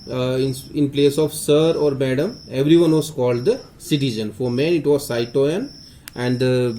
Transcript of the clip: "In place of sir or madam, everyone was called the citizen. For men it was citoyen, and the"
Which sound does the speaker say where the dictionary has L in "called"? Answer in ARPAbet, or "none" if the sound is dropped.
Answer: L